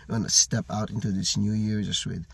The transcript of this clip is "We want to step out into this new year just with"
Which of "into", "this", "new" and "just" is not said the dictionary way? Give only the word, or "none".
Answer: just